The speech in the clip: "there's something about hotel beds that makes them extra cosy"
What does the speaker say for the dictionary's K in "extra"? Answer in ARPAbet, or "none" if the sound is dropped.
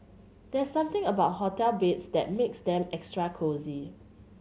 K